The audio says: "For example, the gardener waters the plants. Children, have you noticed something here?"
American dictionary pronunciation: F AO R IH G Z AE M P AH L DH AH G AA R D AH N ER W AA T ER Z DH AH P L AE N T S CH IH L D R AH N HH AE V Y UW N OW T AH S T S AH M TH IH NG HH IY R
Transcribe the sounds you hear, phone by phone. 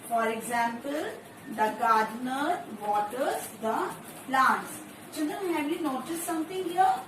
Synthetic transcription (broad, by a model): F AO R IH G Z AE M P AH L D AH G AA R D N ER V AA T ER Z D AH P L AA N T S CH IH N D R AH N HH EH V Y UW N OW T AH S T S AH M T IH NG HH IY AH